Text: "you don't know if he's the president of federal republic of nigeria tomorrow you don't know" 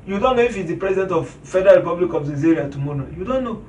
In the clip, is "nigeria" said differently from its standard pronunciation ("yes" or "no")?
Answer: yes